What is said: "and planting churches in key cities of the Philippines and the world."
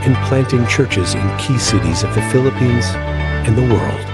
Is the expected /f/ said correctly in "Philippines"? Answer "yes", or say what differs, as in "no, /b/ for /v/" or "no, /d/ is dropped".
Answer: yes